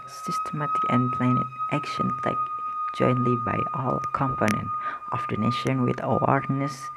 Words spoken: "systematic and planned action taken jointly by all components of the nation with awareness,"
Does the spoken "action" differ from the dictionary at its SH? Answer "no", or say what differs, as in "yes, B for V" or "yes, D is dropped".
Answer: no